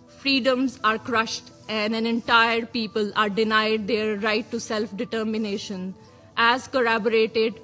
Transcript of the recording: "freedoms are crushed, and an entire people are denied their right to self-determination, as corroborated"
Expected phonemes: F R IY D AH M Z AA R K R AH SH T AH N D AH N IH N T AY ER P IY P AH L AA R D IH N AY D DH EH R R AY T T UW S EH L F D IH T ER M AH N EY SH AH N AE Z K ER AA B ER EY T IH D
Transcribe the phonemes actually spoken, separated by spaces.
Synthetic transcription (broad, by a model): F R IY D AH M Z AA R K R AH SH T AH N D AH N IH N T AY ER P IY P AH L AA R D IH N AY D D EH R R AY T T UW S EH L F D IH T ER M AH N EY SH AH N AE Z K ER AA B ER EY T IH D